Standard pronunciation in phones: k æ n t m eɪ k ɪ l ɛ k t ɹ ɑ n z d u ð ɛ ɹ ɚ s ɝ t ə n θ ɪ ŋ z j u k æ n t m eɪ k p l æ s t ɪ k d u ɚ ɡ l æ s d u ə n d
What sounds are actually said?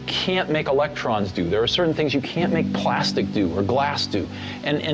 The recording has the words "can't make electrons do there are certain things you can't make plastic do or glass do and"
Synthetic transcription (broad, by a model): k æ n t m eɪ k ɪ l ɛ k t ɹ ɑ n z d u ð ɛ ɹ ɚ s ɝ t n θ ɪ ŋ z j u k æ n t m eɪ k p l æ s t ɪ k d u ɚ ɡ l æ s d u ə n